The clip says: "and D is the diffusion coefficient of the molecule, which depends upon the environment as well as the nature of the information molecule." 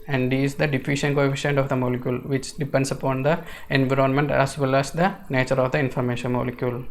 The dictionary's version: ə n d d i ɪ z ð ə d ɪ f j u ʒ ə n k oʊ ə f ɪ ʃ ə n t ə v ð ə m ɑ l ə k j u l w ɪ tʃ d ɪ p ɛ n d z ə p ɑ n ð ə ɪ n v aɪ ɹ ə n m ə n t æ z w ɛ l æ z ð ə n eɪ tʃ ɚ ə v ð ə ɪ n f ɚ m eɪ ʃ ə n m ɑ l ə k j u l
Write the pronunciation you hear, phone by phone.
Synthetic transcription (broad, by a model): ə n d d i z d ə d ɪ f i ʃ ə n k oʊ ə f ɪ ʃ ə n t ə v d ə m ɑ l ə k j u l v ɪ tʃ d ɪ p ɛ n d s ə p ɑ n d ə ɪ n v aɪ ɹ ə n m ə n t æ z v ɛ l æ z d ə n eɪ tʃ ɚ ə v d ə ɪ n f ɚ m eɪ ʃ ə n m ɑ l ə k j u l